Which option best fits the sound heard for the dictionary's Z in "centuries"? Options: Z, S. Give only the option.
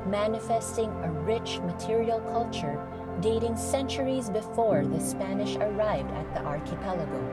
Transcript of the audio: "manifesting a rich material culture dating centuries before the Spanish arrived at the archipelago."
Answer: Z